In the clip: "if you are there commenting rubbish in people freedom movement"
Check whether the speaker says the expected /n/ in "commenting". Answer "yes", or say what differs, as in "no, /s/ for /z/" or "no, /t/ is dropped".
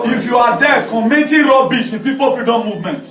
no, /n/ is dropped